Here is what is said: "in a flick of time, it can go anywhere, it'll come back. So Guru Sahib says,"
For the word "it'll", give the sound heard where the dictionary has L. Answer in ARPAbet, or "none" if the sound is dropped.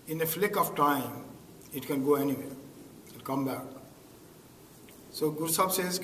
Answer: N